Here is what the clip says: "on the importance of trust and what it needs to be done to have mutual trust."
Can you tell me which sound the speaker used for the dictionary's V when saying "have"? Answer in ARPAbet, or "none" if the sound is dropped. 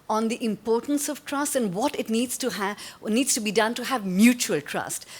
V